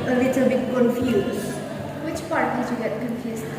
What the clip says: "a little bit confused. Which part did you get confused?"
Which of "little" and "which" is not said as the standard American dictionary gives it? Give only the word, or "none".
none